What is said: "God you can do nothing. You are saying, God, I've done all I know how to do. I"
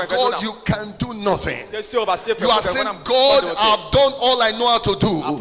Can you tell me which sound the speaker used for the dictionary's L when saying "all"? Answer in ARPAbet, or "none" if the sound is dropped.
L